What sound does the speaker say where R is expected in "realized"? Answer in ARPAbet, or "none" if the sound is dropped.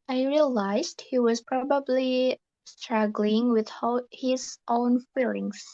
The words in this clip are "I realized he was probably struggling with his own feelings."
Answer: R